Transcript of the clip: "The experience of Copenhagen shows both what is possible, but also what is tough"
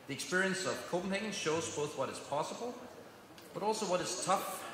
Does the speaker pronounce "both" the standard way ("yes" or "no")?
yes